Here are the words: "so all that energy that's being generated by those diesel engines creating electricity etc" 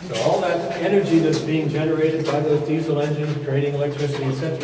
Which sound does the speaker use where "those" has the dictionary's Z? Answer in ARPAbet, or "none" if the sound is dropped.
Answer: none